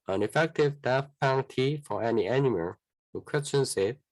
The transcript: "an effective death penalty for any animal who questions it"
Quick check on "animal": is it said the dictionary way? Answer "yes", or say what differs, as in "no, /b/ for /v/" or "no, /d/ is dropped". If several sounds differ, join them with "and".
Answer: yes